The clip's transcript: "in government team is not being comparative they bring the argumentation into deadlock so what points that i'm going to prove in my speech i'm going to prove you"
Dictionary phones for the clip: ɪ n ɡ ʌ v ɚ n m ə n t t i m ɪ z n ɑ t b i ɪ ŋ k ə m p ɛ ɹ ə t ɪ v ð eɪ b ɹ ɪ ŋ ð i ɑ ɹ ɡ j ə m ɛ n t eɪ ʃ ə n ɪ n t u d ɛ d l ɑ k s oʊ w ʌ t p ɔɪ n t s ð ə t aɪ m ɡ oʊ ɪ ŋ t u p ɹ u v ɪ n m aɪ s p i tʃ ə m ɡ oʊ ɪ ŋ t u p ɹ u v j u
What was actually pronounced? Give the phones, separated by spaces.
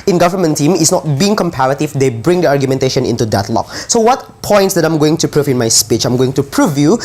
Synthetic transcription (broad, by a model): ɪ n ɡ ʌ v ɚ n m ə n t t i m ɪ s n ɑ t b i ɪ ŋ k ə m p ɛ ɹ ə t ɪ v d eɪ b ɹ ɪ ŋ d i ɑ ɹ ɡ j ə m ɛ n t eɪ ʃ ə n ɪ n t u d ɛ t l ɑ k s oʊ w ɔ t p ɔɪ n t s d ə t aɪ m ɡ oʊ ɪ ŋ t u p ɹ u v ɪ n m aɪ s p i tʃ ə m ɡ oʊ ɪ ŋ t u p ɹ u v j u